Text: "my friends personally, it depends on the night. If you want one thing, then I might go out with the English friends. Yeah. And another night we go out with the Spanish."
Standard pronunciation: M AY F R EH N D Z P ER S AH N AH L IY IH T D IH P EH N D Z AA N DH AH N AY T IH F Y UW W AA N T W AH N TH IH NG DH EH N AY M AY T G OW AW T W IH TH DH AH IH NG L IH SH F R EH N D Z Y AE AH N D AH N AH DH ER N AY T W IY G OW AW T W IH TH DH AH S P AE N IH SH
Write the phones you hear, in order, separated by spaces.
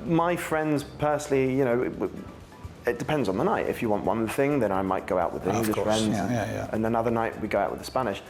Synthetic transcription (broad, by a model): M AY F R EH N D Z P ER S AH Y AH N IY IH T D IH P EH N D Z N DH AH N AY T IH F Y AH W AA N T W AH N TH IH NG DH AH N AY M AY T G OW AW T W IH DH AH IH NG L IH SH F R EH N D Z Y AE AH N AH N AH DH ER N AY T W IY G OW AW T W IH DH AH S P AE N IH SH